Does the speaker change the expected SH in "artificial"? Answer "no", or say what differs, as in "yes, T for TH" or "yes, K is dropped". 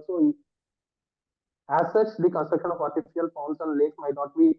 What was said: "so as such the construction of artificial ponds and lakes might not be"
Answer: yes, SH is dropped